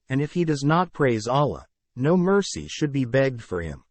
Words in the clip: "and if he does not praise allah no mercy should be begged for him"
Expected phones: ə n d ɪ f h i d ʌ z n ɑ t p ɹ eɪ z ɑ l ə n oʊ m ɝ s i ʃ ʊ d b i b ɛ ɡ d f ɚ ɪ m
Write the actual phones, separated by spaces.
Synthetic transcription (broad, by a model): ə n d ɪ f h i d ʌ z n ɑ t p ɹ eɪ z ɑ l ə n oʊ m ɝ s i ʃ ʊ d b i b ɛ ɡ d f ɚ ɪ m